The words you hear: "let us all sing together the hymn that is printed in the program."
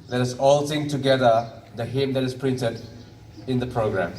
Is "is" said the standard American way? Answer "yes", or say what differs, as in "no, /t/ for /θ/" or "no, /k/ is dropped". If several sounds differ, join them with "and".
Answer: no, /s/ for /z/